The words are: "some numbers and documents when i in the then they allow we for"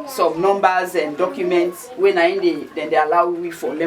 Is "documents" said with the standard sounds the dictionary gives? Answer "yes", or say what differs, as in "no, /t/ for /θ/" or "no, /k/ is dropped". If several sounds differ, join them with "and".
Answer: yes